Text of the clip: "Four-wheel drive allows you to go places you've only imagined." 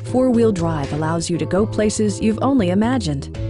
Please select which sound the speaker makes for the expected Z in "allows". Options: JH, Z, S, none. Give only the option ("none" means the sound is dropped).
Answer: Z